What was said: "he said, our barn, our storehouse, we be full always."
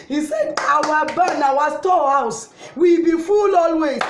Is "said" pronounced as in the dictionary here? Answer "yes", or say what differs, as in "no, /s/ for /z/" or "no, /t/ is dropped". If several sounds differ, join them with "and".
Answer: yes